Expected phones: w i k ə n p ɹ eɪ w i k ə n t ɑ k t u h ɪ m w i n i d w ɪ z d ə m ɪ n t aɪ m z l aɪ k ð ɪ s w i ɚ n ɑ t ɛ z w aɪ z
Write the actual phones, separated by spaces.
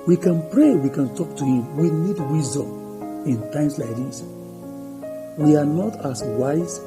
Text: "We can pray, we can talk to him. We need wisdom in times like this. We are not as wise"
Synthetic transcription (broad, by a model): w i k ə n p ɹ eɪ w i k ə n t ɑ k t u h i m w i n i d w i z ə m ɪ n t aɪ m s l aɪ k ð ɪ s w i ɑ n ɑ t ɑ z w aɪ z